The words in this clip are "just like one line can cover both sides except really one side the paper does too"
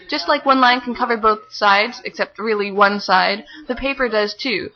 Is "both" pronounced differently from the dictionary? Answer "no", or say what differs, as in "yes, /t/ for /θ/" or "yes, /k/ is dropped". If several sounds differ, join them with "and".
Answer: no